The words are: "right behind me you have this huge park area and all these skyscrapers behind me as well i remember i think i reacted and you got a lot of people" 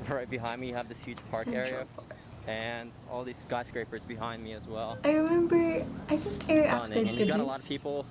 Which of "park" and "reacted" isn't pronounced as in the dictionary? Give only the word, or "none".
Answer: reacted